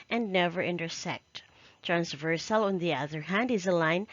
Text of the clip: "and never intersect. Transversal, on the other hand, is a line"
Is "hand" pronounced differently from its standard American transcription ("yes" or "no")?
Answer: no